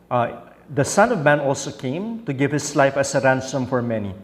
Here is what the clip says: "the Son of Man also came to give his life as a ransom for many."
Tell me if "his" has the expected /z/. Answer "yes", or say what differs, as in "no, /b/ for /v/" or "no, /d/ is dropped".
no, /s/ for /z/